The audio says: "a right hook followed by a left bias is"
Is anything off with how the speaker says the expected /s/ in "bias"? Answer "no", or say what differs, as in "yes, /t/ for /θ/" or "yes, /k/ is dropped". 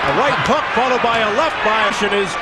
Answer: yes, /ʃ/ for /s/